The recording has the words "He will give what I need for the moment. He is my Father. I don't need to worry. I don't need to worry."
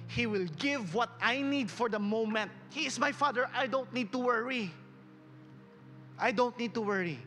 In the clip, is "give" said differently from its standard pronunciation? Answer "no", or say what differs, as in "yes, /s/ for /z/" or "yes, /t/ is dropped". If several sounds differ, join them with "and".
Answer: no